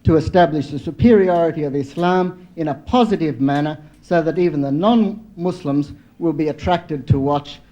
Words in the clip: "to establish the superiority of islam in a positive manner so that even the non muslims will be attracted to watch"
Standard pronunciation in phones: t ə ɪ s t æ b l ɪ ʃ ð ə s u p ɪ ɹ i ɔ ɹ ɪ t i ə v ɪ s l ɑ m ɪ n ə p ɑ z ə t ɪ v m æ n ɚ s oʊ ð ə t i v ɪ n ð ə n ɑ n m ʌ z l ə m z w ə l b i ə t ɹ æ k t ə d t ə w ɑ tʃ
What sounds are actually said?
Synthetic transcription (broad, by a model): t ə ɪ s t æ b l ɪ ʃ ð ə s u p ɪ ɹ i ɔ ɹ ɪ t i ə v ɪ s l ɑ m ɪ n ə p ɑ z ə t ɪ v m æ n ɚ s oʊ ð ə t i v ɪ n ð ə n ɑ n m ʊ s l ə m z w ə l b i ə t ɹ æ k t ə d t ə w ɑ tʃ